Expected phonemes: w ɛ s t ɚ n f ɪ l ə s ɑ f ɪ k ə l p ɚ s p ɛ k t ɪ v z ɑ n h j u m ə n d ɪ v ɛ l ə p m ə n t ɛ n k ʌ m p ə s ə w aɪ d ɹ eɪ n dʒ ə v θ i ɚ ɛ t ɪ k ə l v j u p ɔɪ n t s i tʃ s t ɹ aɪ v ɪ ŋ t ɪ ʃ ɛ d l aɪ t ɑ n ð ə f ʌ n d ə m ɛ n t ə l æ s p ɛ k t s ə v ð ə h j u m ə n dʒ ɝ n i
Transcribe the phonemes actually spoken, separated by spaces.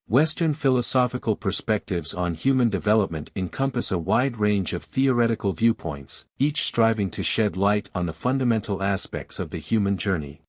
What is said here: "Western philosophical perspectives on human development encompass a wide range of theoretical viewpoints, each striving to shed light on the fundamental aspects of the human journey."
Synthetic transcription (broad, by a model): w ɛ s t ɚ n f ɪ l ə s ɑ f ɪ k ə l p ɚ s p ɛ k t ɪ v z n h j u m ə n d ɪ v ɛ l ə p m ə n t ɛ n k ʌ m p ə s ə w aɪ d ɹ eɪ n dʒ ə v θ i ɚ ɛ t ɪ k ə l v j u p ɔɪ n t s i tʃ s t ɹ aɪ v ɪ ŋ t ɪ ʃ ɛ d l aɪ t n ð ə f ʌ n d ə m ɛ n t l æ s p ɛ k t s ə v ð ə h j u m ə n dʒ ɝ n i